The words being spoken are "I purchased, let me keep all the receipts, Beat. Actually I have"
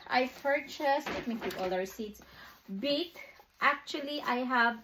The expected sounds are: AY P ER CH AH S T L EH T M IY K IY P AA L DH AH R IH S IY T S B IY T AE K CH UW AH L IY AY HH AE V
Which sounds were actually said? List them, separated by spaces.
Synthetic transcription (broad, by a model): AY P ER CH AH S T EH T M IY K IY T AA L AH W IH S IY T S B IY T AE K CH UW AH L IY AY HH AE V